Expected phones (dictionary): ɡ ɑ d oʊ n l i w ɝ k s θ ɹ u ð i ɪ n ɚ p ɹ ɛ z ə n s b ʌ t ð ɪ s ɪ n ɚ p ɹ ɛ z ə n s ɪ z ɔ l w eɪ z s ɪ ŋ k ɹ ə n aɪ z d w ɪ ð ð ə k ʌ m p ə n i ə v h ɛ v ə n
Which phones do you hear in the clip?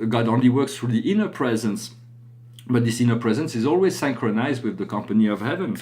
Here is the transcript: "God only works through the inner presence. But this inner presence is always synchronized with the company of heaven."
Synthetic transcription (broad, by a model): ɡ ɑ d oʊ n l i w ɝ k s θ ɹ u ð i ɪ n ɚ p ɹ ɛ z ə n s b ʌ t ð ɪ s ɪ n ɚ p ɹ ɛ z ə n s ɪ z ɔ l w eɪ z s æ ŋ k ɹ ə n aɪ z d w ɪ ð ð ə k ʌ m p ə n i ə v h ɛ v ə n